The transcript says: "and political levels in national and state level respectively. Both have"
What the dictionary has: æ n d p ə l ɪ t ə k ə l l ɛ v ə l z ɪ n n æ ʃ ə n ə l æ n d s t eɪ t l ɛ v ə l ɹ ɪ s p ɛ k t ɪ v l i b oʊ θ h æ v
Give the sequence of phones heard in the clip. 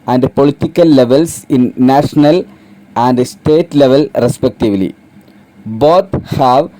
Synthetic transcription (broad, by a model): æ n d p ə l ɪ t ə k ə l l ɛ v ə l s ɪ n n æ ʃ ə n ə l æ n d s t eɪ t l ɛ v ə l ɹ ɪ s p ɛ k t ɪ v l i b oʊ t h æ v